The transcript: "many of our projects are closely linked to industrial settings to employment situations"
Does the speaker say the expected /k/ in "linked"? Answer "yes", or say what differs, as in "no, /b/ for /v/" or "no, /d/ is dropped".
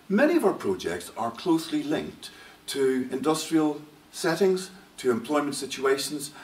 yes